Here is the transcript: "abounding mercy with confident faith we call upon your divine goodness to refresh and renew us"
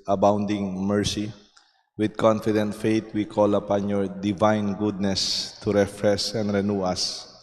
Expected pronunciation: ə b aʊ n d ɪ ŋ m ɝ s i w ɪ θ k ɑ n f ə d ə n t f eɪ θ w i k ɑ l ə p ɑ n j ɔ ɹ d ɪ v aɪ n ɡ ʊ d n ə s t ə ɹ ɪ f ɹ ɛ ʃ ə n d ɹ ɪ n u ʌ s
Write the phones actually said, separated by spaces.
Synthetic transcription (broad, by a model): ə b aʊ n d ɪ ŋ m ɝ s i w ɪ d k ɑ n f ə d ə n t f eɪ t w i k ɑ l ə p ɑ n j ɔ ɹ d ɪ v aɪ n ɡ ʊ d n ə s t ə ɹ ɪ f ɹ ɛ s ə n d ɹ ɪ n u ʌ s